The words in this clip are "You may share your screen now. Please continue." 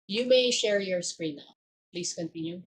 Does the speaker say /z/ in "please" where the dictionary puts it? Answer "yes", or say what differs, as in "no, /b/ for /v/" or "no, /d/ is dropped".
no, /s/ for /z/